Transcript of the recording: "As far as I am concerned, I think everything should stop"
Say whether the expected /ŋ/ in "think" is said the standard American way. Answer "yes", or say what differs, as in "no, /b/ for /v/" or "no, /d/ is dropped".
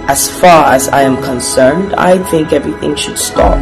yes